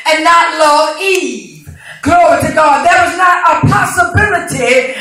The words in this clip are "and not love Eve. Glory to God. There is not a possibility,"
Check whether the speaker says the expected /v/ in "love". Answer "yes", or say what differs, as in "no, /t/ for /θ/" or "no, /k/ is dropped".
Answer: no, /v/ is dropped